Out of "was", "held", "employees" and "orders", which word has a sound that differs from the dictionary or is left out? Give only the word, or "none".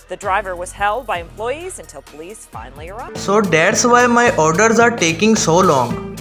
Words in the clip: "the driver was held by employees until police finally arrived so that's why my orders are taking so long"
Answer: none